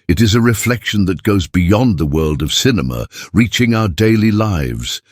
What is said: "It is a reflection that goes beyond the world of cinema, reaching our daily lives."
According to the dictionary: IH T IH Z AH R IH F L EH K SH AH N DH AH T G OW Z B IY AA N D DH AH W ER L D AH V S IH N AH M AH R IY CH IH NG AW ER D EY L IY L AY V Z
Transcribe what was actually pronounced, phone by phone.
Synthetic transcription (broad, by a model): IH T IH Z AH R IH F L EH K SH AH N DH AH T G OW Z B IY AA N DH AH W ER L D AH V S IH N AH M AH R IY CH IH NG AW ER D EY L IY L AY V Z